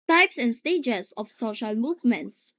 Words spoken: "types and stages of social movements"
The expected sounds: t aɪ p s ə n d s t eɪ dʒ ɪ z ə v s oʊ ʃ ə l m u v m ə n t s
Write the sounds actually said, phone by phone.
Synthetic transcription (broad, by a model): t aɪ p s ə n s t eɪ dʒ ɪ s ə f s oʊ ʃ ə l m u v m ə n t s